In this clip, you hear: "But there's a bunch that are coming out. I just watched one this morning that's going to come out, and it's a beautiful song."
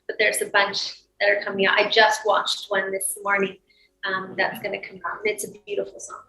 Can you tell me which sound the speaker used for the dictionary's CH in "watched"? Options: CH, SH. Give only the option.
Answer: CH